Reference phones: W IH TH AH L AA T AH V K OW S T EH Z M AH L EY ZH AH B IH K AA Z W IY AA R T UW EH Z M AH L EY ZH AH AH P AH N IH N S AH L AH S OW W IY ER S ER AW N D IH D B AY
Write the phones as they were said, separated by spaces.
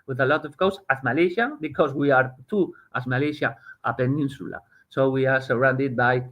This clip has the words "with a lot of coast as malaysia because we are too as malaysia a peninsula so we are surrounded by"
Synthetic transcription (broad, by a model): W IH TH AH L AA T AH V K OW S AA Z M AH L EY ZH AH B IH K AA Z W IY AA R T UW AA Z M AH L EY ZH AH AH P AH N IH N S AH L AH S OW W IY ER S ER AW N D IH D B AY